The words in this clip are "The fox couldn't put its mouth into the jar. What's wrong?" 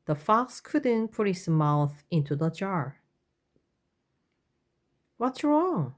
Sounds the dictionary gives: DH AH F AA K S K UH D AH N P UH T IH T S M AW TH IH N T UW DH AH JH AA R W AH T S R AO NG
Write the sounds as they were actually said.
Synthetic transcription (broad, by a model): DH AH F AA K S K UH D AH N P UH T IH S M AW TH IH N T UW DH AH JH AA R W AH T S R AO NG